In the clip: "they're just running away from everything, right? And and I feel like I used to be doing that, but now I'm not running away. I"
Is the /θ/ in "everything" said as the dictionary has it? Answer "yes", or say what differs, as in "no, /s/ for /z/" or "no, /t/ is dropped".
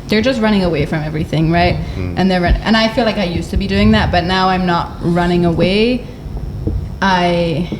yes